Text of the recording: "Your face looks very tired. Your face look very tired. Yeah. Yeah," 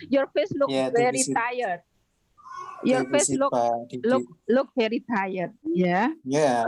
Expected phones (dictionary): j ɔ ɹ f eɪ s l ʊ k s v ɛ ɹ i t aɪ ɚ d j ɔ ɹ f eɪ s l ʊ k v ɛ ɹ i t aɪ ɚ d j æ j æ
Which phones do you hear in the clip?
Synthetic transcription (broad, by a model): j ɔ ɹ f eɪ s l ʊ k v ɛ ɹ i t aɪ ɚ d j ɔ ɹ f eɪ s l ʊ k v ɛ ɹ i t aɪ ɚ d j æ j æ